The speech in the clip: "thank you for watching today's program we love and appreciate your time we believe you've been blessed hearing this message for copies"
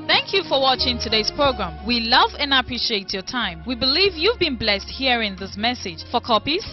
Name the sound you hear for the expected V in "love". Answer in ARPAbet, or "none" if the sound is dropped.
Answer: V